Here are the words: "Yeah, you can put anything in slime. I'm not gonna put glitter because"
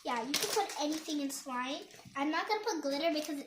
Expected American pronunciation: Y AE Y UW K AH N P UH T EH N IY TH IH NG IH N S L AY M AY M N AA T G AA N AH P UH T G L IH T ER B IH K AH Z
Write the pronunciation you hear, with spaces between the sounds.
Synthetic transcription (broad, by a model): Y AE Y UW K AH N P UH T EH N IY TH IH NG IH N S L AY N AY M N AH T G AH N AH P UH T G L IH T ER B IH K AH Z